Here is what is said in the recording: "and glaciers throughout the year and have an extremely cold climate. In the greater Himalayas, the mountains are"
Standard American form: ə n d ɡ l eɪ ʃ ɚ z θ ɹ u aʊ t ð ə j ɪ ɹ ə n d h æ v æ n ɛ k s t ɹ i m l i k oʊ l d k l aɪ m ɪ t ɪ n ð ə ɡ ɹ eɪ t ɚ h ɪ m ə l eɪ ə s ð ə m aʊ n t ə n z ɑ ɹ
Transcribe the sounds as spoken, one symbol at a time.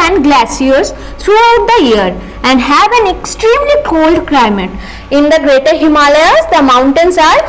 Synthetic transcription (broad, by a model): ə n d ɡ l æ s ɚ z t ɹ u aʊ t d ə j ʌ ɹ ə n d h æ v æ n ɛ k s t ɹ i m l i k oʊ l d k l aɪ m ɪ t ɪ n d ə ɡ ɹ eɪ t ɚ h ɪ m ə l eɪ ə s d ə m aʊ n t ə n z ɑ ɹ